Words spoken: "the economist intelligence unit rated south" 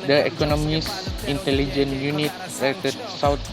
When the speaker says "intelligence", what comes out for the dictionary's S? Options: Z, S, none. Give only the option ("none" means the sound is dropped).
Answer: none